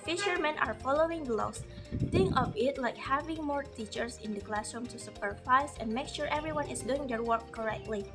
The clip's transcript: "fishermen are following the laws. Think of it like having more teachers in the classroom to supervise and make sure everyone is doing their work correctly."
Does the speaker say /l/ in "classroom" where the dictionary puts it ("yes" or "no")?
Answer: yes